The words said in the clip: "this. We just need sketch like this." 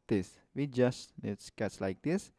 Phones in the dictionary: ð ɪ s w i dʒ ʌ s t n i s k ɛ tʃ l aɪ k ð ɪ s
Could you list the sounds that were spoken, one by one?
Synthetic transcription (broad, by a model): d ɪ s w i dʒ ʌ s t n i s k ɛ s l aɪ k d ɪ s